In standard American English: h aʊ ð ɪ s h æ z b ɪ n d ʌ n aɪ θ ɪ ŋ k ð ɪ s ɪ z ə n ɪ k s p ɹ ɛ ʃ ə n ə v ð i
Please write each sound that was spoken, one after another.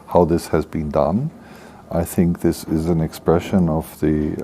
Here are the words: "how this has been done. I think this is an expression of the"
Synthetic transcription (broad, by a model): h aʊ ð ɪ s h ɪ z b ɪ n d ʌ n aɪ θ ɪ ŋ k ð ɪ s ɪ z ə n ɪ k s p ɹ ɛ ʃ ə n ə v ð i